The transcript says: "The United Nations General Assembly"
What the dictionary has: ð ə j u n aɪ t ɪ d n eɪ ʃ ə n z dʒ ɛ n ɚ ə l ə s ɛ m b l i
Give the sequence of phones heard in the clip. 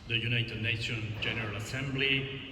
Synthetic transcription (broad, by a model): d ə j u n aɪ t ɪ d n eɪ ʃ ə n dʒ ɛ n ɚ ə l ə s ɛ m b l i